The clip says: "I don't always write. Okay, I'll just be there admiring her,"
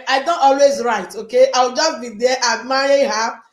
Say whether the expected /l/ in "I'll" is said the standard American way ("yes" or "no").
no